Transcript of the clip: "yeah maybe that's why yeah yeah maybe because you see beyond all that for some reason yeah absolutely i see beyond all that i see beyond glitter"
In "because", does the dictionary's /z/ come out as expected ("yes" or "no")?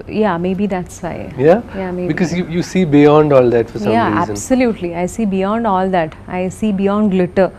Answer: no